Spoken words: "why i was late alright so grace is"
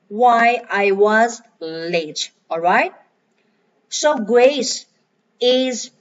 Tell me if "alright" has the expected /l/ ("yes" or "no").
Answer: yes